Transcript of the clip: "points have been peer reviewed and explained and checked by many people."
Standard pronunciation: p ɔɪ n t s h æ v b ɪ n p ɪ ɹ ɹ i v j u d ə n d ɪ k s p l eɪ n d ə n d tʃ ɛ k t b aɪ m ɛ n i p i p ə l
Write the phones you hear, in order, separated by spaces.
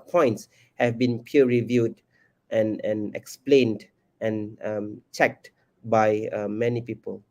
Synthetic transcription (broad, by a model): p ɔɪ n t s h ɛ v b ɪ n p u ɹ ɹ i v j u d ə n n ɪ k s p l eɪ n d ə n tʃ ɛ k t b aɪ m ɛ n i p i p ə l